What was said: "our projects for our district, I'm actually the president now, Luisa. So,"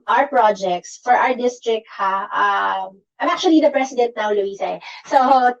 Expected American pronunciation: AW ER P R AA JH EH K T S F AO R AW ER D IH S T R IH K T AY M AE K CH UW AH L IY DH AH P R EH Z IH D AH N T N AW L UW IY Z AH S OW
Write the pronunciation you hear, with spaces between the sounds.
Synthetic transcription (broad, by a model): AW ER P R AA JH EH K T S F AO R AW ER D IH S T R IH K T AY M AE K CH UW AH L IY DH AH P R EH S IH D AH N T N AW L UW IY S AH S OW